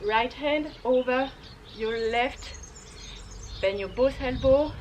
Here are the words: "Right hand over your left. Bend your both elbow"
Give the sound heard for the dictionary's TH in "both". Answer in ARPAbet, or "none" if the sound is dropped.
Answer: S